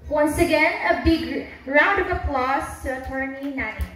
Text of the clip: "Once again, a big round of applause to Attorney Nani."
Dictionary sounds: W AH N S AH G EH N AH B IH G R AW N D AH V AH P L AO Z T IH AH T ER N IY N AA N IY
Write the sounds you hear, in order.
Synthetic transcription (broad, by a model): W AH N S AH G EH N AH B IH G R AW N D AH V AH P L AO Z T IH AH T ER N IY N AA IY